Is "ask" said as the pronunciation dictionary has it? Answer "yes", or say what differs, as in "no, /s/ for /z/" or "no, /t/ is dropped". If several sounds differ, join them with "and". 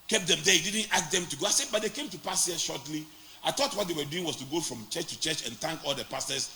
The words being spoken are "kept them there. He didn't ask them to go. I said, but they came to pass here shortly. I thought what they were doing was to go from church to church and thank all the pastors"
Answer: no, /s/ is dropped